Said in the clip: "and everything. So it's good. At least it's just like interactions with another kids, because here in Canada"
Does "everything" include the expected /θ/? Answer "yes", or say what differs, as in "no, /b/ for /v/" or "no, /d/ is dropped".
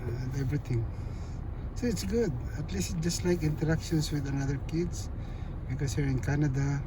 no, /t/ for /θ/